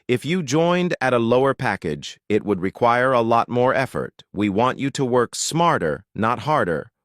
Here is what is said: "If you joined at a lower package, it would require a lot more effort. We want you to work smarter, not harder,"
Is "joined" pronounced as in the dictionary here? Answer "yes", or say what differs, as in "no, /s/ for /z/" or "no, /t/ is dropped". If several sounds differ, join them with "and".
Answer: yes